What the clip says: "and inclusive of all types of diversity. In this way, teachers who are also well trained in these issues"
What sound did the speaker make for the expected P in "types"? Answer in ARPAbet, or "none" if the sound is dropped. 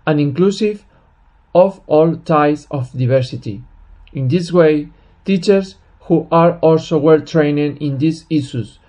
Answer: none